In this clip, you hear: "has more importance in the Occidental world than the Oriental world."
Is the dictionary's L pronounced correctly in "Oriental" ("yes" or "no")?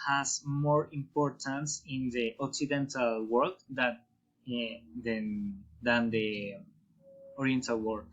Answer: yes